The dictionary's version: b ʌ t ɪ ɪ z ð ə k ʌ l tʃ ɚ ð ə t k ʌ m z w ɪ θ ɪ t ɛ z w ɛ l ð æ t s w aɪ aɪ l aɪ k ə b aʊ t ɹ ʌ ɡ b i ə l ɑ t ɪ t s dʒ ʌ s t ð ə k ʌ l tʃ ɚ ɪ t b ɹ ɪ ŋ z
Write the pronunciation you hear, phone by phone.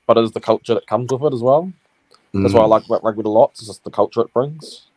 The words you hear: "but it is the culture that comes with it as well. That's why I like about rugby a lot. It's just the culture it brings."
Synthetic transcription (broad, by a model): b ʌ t ɪ ɪ z ð ə k ʌ l tʃ ɚ ð ə t k ʌ m z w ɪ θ ɪ t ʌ z w ɛ l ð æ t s w aɪ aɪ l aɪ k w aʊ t l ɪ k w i ə l ɑ t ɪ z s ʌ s ð ə k ʌ l tʃ ɚ ɪ t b ɹ ɪ ŋ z